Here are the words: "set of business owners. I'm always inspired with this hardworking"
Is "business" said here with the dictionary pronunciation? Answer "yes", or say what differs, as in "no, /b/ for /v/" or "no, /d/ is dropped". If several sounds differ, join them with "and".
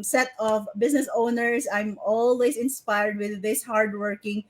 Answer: no, /s/ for /z/